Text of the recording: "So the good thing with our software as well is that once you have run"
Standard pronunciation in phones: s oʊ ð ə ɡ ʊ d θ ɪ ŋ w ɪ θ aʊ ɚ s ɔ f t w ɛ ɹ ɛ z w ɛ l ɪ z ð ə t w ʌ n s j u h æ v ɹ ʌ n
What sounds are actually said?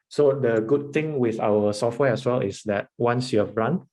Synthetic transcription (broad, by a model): s oʊ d ə ɡ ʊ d t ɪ ŋ w ɪ θ aʊ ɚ s ɔ f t w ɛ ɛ s w ɛ l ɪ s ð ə t w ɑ n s j u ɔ b ɹ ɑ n